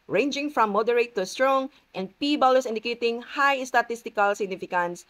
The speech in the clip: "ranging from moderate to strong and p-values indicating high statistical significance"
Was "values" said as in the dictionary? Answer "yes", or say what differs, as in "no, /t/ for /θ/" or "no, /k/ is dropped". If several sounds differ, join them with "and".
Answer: no, /b/ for /v/ and /s/ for /z/